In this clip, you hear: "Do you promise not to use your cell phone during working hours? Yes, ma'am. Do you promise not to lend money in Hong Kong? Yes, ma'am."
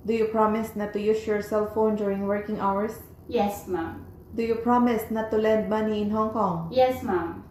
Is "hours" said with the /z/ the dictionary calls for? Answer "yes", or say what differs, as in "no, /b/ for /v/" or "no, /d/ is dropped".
no, /s/ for /z/